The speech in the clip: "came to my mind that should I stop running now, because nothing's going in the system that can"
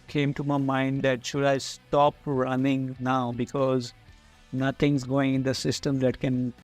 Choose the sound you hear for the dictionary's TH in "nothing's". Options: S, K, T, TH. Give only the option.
T